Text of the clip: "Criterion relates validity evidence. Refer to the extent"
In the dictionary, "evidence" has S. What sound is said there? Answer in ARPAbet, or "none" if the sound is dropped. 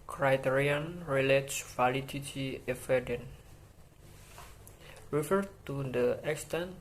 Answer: none